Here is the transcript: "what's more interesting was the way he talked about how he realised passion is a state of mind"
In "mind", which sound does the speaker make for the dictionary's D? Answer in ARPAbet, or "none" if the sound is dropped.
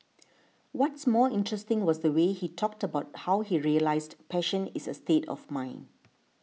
none